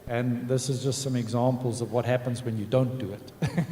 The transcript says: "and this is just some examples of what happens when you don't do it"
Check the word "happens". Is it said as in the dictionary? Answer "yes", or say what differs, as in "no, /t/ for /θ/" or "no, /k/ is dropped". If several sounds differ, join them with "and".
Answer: yes